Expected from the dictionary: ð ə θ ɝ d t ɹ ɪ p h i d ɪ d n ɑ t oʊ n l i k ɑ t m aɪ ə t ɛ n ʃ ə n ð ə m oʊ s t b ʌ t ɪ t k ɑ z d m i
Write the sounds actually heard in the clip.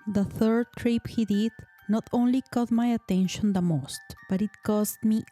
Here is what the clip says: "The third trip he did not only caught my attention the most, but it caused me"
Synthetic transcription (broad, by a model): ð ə θ ɝ d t ɹ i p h i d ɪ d n ɑ t oʊ n l i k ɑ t m aɪ ə t ɛ n ʃ ə n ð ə m oʊ s t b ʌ t ɪ t k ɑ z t m i